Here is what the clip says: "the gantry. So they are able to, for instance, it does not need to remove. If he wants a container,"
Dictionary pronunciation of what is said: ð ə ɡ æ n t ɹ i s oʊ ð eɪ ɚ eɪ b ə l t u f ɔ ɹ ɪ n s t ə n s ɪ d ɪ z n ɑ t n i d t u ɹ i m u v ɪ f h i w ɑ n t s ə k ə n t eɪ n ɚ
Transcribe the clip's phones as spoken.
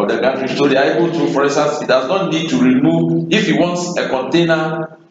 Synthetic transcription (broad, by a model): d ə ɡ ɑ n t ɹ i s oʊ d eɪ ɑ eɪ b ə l t u f ɔ ɹ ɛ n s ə s ɪ d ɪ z n ɑ t n i d t u ɹ i m u v ɪ f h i w ɑ n t s ə k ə n t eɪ n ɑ